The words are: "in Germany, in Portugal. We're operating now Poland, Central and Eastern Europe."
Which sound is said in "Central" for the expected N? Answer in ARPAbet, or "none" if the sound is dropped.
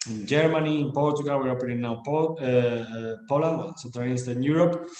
none